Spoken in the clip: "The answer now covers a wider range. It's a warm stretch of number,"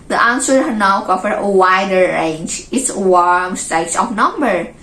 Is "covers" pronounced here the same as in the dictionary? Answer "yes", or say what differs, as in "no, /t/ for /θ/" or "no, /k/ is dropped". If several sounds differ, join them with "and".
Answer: no, /z/ is dropped